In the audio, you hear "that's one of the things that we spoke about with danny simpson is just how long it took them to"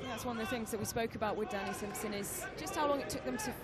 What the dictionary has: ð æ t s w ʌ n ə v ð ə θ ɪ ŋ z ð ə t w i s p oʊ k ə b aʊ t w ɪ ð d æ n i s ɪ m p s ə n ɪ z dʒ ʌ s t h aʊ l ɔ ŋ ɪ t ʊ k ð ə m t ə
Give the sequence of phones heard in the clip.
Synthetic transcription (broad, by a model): ð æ t s w ʌ n ə v ð ə θ ɪ ŋ z ð ə t w i s p oʊ k ə b aʊ t w ɪ ð d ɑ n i s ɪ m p s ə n ɪ z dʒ ʌ s t h aʊ l ɔ ŋ ɪ t ʊ k ð ə m t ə